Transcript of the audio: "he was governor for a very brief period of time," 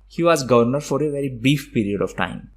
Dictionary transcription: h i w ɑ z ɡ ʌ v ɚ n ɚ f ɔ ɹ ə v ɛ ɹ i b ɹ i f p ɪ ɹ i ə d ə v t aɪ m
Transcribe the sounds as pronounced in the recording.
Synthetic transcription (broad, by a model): h i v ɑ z ɡ ʌ v ɚ n ɚ f ɔ ɹ ə v ɛ ɹ i b ɹ i f p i ɹ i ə d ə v t aɪ m